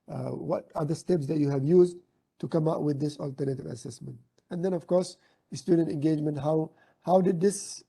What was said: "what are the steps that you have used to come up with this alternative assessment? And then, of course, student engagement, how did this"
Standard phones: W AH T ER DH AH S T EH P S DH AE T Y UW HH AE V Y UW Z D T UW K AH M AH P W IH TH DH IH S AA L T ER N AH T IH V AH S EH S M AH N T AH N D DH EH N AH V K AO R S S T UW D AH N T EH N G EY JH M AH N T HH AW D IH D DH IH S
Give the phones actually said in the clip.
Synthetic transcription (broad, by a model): W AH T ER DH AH S T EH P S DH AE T Y UW HH AE V Y UW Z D T UW K AH M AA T W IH DH IH S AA L T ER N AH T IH V AH S EH S M AH N T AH N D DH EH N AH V K AO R S S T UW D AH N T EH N G EY JH M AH N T HH AW D IH D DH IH S